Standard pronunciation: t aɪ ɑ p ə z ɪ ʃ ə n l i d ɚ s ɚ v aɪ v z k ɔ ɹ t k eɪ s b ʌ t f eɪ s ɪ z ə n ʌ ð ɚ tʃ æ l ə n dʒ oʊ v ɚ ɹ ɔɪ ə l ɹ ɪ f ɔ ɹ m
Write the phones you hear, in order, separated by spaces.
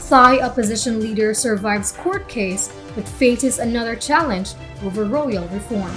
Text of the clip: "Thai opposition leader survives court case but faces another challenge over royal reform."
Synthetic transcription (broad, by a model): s aɪ ɑ p ə z ɪ ʃ ə n l i d ɚ s ɚ v aɪ v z k ɔ ɹ t k eɪ s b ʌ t f eɪ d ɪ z ə n ʌ ð ɚ tʃ æ l ə n dʒ oʊ v ɚ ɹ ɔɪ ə l ɹ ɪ f ɔ ɹ m